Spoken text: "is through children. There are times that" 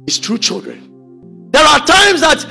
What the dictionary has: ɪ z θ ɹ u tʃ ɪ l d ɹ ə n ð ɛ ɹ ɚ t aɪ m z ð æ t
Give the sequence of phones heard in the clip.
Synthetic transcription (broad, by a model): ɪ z t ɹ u tʃ ɪ l d ɹ ə n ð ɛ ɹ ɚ t aɪ m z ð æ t